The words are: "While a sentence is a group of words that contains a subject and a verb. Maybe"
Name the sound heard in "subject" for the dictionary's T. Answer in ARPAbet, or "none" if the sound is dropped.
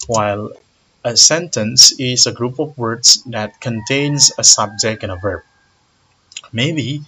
none